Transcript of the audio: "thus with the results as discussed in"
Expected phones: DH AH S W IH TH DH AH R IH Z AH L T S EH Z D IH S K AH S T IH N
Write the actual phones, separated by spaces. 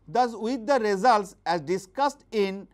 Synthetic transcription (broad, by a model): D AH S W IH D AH R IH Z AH L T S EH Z D IH S K AH S T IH N